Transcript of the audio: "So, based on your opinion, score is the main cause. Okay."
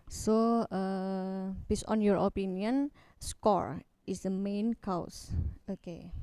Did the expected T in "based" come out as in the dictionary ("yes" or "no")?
no